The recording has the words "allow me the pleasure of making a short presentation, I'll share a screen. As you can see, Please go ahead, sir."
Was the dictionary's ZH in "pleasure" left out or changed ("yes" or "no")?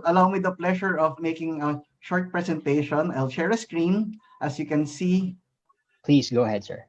yes